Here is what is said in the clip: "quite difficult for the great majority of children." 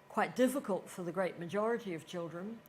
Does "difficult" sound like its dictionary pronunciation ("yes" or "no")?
yes